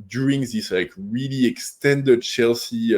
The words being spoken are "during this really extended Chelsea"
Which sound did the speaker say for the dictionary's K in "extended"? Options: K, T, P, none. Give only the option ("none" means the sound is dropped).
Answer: K